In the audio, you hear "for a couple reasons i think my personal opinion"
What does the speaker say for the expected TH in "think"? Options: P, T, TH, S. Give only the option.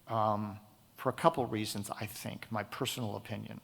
TH